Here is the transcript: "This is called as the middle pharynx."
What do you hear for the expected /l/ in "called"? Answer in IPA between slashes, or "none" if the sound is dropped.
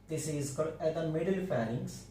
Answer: none